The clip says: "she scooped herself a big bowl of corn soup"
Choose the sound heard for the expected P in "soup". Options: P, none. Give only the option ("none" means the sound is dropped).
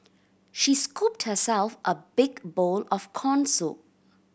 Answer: none